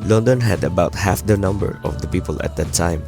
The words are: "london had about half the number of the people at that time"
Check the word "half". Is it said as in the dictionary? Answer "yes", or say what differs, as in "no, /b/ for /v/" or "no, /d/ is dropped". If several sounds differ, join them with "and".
yes